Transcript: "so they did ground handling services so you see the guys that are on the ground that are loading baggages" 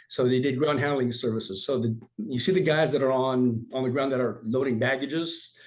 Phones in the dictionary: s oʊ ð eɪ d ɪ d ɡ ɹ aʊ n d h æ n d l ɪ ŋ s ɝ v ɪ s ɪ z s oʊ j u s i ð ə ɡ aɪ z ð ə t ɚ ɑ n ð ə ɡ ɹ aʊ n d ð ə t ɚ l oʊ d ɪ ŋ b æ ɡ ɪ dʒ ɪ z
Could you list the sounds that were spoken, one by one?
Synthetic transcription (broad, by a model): s oʊ ð eɪ d ɪ d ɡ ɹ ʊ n h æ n l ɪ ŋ s ɝ v ɪ s ɪ z s oʊ j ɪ s i ð ə ɡ aɪ z ð ə t ɚ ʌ n ð ə ɡ ɹ aʊ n ð ə t ɚ l oʊ d ɪ ŋ b æ ɡ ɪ dʒ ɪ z